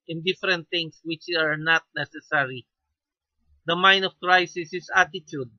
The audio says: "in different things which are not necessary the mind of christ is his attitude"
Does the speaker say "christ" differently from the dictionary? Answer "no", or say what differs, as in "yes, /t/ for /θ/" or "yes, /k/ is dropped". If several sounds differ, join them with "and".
yes, /t/ is dropped